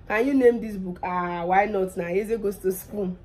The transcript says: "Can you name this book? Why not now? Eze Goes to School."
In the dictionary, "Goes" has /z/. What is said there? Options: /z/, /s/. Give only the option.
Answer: /s/